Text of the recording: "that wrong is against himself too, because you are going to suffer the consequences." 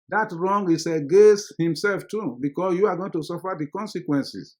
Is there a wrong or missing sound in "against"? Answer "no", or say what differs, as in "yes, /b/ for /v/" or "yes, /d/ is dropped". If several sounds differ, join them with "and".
yes, /n/ is dropped